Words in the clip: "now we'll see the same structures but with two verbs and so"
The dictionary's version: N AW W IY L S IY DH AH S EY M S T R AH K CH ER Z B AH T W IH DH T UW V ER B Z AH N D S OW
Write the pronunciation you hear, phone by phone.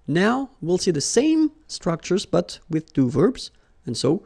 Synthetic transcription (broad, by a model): N AW W IY L S IY DH AH S EY M S T R AH K CH ER Z B AH T W IH DH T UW V ER B Z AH N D S OW